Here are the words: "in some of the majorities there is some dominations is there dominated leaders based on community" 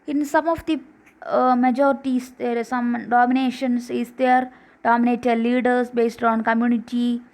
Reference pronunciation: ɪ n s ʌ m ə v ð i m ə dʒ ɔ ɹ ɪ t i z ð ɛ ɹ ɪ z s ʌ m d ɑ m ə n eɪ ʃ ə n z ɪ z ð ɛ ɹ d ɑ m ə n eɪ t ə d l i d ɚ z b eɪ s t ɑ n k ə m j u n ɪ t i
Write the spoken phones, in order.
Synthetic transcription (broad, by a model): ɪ n s ʌ m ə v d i m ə dʒ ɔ ɹ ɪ t i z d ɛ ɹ s ʌ m d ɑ m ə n eɪ ʃ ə n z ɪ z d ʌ ɹ d ɑ m ə n eɪ t ə d l i d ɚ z b eɪ s t ɑ n k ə m j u n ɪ t i